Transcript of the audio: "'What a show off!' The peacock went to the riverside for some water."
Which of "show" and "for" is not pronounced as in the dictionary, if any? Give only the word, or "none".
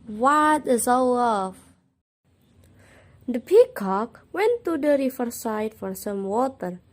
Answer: show